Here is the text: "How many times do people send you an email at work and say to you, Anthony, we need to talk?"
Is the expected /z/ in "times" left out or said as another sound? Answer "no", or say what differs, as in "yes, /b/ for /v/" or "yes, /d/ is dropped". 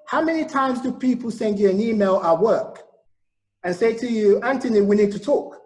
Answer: no